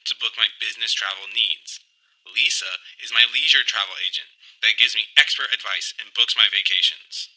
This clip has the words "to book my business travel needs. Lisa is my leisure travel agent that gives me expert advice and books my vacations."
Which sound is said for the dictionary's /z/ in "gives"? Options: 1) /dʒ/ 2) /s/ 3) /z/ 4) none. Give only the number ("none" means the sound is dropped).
3